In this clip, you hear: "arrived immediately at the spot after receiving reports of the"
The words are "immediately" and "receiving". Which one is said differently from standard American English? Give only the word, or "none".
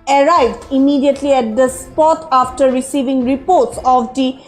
none